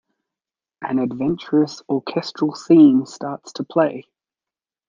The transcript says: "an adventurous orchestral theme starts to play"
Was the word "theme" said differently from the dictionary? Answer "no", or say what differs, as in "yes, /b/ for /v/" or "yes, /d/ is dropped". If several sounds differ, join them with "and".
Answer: yes, /s/ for /θ/